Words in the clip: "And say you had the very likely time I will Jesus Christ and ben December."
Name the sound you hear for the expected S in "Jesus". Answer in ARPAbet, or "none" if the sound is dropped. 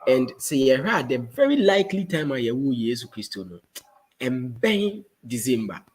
none